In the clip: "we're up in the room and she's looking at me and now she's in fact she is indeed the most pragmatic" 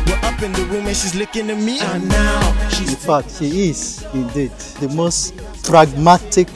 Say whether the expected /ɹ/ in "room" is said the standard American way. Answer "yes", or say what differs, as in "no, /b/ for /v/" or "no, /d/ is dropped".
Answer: no, /w/ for /ɹ/